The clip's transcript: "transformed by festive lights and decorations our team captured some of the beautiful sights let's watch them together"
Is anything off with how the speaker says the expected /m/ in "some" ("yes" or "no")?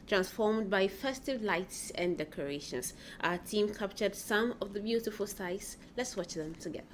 no